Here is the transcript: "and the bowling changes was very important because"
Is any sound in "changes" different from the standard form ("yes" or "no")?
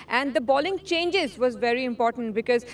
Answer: no